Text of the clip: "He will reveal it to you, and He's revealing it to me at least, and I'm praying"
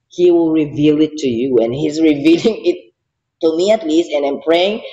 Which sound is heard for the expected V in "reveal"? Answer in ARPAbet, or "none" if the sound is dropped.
V